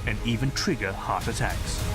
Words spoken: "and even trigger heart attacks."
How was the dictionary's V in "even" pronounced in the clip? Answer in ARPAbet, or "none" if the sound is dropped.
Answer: V